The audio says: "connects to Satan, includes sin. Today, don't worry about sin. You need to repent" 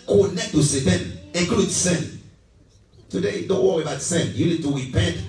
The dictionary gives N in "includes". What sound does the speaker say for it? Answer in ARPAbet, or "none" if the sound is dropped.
none